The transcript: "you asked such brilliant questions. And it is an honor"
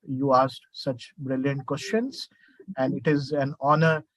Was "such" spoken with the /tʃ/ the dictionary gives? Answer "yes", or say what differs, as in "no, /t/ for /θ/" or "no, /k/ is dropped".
yes